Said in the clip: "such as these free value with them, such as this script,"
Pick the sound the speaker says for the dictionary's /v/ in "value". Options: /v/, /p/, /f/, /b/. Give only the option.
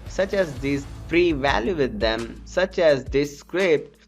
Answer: /v/